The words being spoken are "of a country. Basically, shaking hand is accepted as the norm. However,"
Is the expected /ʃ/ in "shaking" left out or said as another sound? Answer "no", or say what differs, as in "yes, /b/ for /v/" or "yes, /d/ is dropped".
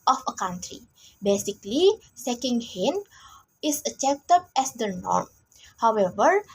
yes, /s/ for /ʃ/